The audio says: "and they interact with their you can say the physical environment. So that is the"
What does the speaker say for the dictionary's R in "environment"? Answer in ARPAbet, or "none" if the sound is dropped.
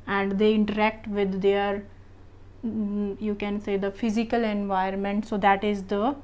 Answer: none